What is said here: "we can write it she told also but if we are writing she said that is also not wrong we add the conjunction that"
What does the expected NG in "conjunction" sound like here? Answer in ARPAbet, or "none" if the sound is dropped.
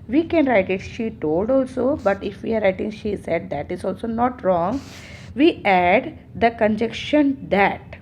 none